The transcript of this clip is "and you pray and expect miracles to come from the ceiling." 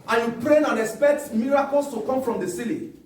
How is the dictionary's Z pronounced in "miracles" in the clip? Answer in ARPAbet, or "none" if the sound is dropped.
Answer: S